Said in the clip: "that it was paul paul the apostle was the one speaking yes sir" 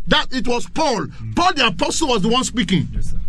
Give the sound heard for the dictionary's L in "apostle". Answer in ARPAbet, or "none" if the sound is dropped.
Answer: L